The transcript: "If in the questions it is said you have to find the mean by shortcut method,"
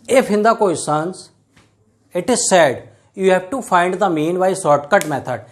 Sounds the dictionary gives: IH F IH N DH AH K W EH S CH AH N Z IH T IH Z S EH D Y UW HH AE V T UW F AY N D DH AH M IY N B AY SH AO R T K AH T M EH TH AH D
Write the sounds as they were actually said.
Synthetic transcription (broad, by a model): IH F IH N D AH K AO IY S AH N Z IH T IH Z S EH D Y UW HH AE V T UW F AY N D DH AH M IY N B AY S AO R T K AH T M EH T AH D